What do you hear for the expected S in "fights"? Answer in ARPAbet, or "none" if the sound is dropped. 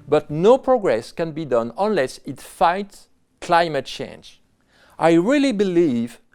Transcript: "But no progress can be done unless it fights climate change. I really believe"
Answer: S